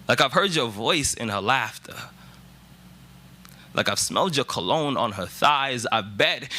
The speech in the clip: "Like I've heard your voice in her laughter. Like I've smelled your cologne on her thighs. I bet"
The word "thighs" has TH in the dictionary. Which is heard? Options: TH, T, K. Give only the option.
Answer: TH